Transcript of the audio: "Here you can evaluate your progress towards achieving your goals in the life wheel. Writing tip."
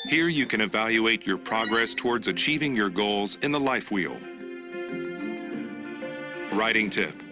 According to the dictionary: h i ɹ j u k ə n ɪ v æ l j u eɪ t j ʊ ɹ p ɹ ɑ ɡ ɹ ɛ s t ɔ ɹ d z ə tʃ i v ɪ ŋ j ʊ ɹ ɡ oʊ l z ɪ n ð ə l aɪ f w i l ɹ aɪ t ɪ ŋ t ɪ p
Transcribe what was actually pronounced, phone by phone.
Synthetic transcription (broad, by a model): h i ɹ j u k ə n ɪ v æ l j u eɪ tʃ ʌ ɹ p ɹ ɑ ɡ ɹ ɛ s t ɔ ɹ d z ə tʃ i v ɪ ŋ j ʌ ɹ ɡ oʊ l z ɪ n ð ə l aɪ f w i l ɹ aɪ t ɪ ŋ t ɪ p